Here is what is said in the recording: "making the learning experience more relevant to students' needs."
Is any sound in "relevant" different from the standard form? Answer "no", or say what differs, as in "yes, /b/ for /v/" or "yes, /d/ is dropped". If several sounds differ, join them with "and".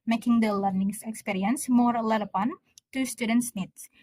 yes, /l/ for /ɹ/ and /p/ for /v/